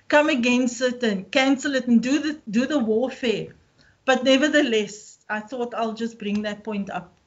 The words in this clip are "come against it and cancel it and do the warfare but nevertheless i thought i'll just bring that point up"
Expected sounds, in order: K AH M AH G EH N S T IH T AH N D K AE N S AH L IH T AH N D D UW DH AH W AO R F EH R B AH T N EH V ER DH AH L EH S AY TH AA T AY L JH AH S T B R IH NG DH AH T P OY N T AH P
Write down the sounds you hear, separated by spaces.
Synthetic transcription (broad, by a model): K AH M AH G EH N S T IH T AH N K AE N S AH L IH T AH N D D UW DH AH W AO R F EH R B AH T N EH V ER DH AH L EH S AY TH AA T AY L JH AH S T B R IH NG DH AH T P OY N T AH P